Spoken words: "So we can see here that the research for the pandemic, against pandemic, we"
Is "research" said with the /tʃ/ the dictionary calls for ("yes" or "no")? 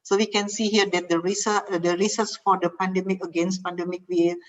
no